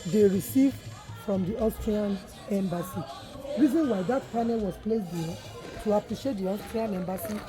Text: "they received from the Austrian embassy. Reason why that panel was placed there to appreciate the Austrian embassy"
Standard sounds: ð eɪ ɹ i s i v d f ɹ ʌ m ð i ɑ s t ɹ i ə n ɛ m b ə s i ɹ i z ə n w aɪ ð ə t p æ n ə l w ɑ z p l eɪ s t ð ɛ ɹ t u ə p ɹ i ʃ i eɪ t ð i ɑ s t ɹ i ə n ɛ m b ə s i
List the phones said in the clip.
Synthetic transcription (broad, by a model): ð eɪ ɹ i s i v d f ɹ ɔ m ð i ɑ s t ɹ i ə n ɛ m b ə s i ɹ i z ə n w aɪ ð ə t p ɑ n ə l w ɑ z p l eɪ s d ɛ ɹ t u ə p ɹ i ʃ i eɪ t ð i ɑ s t ɹ i ə n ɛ m b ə s i